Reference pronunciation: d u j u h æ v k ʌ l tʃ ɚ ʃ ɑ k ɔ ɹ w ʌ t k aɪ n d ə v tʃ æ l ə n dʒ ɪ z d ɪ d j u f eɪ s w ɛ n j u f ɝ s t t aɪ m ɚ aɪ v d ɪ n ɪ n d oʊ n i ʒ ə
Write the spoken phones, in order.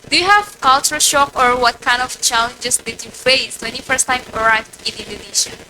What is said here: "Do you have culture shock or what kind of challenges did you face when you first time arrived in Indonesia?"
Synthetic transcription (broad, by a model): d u j u h æ v k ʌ l tʃ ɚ ʃ ɑ k ɔ ɹ w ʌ t k aɪ n d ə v tʃ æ l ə n dʒ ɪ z d ɪ d j u f eɪ s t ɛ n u f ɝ s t t aɪ m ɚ aɪ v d ɪ n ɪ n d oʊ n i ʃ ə